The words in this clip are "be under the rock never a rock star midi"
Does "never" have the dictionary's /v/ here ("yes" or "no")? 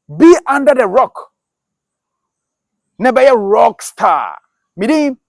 no